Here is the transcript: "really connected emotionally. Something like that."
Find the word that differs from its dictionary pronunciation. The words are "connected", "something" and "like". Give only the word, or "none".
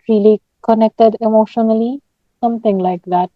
something